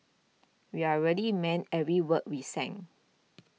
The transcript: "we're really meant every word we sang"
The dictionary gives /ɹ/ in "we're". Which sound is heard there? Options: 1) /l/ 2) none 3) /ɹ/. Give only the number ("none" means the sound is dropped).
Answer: 1